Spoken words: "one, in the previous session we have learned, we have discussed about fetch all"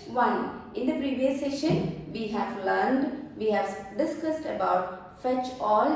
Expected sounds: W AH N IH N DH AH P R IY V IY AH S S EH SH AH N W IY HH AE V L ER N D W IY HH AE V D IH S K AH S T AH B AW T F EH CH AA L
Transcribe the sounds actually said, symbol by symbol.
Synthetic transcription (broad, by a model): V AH N IH N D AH P R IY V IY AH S S EH SH AH N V IY HH AE V L ER N D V IY HH AE V D IH S K AH S T AH B AW T F EH CH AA L